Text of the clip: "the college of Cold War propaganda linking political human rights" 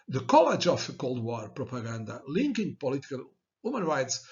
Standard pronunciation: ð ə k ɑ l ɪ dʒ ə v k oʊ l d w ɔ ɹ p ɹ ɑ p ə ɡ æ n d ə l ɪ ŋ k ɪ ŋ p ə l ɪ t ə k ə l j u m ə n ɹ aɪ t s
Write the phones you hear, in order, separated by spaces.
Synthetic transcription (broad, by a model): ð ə k ɑ l ɪ dʒ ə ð k oʊ l d w ɔ ɹ p ɹ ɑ p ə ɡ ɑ n d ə l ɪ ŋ k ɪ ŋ p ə l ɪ t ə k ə l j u m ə n ɹ aɪ t s